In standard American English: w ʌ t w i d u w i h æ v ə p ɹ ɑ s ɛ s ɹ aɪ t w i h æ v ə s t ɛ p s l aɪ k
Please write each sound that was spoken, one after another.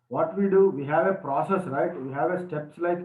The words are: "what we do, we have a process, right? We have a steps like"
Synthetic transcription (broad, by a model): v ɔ t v i d u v i h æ v ə p ɹ ɑ s ɛ s ɹ aɪ t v i h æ v ə s t ɛ p s l aɪ k